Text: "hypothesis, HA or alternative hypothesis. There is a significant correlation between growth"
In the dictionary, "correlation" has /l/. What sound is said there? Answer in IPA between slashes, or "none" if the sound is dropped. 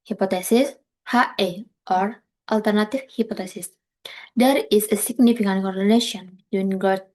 /n/